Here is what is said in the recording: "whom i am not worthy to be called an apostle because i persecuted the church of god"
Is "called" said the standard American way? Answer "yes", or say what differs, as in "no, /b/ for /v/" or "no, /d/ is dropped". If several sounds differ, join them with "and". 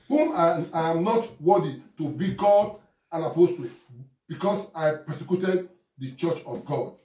no, /l/ is dropped